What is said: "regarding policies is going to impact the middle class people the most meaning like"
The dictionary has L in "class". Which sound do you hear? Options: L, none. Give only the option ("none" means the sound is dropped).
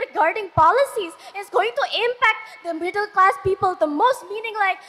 L